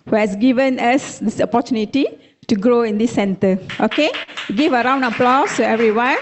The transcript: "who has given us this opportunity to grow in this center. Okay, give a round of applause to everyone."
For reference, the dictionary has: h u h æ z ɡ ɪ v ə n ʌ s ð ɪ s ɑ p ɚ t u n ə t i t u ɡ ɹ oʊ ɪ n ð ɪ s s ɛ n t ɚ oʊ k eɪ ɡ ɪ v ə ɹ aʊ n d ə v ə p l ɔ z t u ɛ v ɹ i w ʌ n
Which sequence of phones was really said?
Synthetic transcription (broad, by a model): h u h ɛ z ɡ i v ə n ʌ s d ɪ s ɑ p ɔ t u n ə t i t u ɡ ɹ oʊ ɪ n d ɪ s s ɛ n t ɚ oʊ k eɪ ɡ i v ə ɹ aʊ n d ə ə p l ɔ s t u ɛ v ɹ i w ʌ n